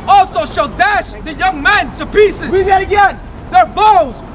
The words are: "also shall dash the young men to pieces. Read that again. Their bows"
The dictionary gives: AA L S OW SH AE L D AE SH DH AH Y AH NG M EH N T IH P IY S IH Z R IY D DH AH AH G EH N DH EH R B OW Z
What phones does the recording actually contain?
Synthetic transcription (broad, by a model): AA L S OW SH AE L D AE SH DH AH Y AH NG M EH N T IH P IY S IH Z W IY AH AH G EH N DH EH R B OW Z